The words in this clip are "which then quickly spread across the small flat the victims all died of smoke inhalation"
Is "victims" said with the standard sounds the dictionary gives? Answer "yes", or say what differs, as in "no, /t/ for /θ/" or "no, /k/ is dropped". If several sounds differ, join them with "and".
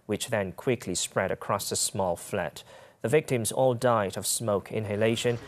yes